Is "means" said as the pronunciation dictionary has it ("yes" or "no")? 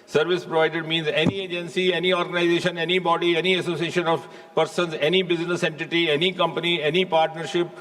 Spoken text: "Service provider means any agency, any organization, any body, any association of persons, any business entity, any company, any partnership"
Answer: yes